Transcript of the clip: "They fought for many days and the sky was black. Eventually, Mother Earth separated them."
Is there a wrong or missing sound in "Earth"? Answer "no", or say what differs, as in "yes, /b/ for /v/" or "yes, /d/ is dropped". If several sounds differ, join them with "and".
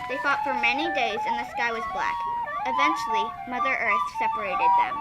no